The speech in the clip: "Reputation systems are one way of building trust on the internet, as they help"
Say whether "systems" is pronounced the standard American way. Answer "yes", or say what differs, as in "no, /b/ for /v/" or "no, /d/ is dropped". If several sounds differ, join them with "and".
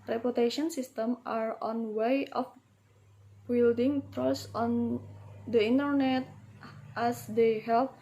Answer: no, /z/ is dropped